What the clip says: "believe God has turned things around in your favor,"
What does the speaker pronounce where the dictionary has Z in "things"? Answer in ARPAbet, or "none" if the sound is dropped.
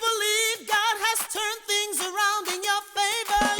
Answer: Z